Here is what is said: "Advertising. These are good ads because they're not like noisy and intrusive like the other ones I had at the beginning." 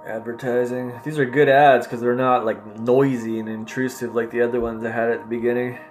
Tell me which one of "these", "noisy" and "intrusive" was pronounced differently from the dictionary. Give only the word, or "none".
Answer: none